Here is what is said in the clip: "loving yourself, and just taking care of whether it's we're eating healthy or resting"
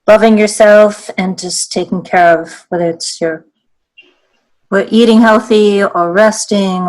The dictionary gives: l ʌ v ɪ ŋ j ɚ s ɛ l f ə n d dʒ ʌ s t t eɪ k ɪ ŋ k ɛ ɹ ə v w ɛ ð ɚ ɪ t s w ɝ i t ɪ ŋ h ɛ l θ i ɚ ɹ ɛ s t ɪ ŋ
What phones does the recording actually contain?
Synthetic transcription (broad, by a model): l ʌ v ɪ ŋ j ɚ s ɛ l f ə n dʒ ʌ s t t eɪ k ɪ ŋ k ɛ ɹ ə v w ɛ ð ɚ ɪ t s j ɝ i t ɪ ŋ h ɛ l θ i ɚ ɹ ɛ s t ɪ ŋ